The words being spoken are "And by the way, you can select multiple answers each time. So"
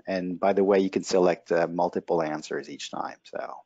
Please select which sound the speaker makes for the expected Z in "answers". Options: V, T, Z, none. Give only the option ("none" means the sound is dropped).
Z